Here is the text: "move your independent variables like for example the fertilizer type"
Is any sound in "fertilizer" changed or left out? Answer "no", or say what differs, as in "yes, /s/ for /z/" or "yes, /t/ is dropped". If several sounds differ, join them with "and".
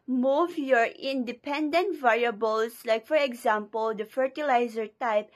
no